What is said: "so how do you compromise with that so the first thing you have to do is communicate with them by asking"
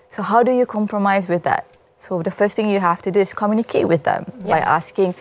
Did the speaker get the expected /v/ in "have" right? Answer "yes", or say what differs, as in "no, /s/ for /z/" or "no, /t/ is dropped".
no, /f/ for /v/